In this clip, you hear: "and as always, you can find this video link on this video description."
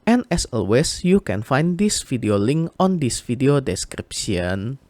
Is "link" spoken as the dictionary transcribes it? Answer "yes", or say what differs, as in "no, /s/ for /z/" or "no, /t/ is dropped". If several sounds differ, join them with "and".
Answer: yes